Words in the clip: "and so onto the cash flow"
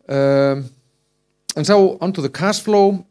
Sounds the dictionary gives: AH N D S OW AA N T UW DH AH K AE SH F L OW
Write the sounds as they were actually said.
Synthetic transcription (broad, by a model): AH N S OW AA N T UW DH AH K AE S F L OW